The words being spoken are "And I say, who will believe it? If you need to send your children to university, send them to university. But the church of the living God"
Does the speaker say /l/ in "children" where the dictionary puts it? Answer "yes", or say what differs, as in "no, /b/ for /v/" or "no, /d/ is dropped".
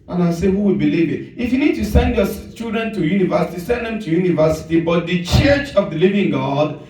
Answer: no, /l/ is dropped